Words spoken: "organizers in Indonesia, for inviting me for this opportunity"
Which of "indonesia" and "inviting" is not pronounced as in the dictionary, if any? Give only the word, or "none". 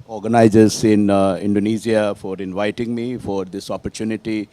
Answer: indonesia